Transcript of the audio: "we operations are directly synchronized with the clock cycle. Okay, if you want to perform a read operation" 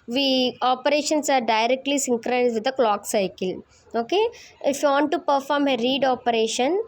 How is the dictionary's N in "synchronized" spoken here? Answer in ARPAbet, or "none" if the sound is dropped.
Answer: none